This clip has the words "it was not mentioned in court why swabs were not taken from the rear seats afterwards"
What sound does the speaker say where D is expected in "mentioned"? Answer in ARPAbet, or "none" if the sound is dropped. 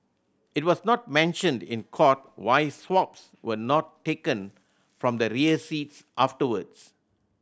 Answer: D